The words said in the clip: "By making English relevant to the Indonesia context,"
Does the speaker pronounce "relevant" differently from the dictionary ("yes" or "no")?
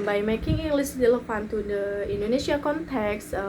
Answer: yes